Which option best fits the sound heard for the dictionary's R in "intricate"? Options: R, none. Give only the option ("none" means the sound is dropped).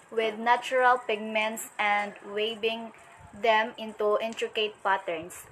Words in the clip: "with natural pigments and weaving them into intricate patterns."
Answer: R